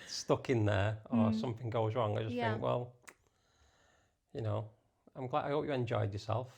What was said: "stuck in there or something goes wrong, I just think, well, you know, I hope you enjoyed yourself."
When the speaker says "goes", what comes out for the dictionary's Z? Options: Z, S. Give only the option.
Z